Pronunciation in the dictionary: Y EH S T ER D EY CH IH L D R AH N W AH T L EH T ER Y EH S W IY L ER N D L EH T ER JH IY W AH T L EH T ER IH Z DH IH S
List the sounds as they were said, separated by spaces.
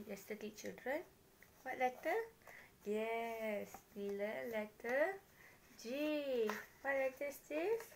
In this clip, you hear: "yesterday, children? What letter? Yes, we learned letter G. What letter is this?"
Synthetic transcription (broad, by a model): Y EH S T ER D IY CH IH L D R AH N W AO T L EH T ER Y EH S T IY L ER L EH T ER JH IY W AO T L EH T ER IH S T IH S